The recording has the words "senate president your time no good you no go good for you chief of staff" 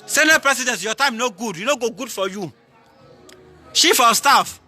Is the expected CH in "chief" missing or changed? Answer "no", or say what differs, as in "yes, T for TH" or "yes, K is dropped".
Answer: yes, SH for CH